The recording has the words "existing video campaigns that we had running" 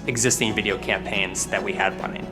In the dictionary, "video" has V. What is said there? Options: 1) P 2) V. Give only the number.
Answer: 2